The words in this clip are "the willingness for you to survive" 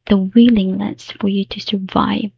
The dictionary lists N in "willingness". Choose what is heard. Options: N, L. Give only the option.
L